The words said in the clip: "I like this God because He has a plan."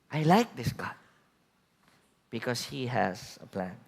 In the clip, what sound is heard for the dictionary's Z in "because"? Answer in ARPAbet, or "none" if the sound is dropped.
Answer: S